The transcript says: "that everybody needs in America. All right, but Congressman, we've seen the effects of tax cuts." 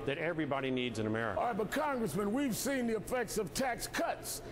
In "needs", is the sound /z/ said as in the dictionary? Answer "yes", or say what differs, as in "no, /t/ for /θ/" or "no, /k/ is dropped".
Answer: yes